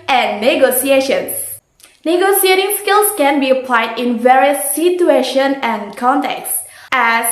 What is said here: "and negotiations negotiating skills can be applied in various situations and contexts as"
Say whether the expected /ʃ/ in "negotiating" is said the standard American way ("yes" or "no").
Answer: no